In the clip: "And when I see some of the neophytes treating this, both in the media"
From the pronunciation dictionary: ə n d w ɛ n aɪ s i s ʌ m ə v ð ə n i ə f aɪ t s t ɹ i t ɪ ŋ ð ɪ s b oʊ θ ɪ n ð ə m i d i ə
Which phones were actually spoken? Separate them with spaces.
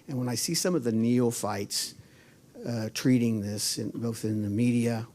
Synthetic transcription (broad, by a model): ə n w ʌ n aɪ s i s ʌ m ə v ð ə n i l f aɪ t s t ɹ i t ɪ ŋ ð ɪ s b oʊ θ ɪ n ð ə m i d i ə